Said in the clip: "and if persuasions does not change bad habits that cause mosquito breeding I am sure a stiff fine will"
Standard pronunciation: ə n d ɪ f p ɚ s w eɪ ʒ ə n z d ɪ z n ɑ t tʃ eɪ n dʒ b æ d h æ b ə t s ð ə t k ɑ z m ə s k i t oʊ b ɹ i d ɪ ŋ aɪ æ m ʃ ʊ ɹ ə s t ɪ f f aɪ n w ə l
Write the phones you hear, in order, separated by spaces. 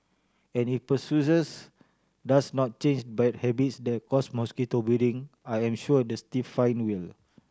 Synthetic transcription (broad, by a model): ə n ɪ f p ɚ s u s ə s d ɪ s n ɑ t tʃ eɪ n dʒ b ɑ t h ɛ b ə t s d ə t k ɑ s m ə s k i t oʊ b i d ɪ ŋ aɪ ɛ m ʃ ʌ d ə s t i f f aɪ n w ə l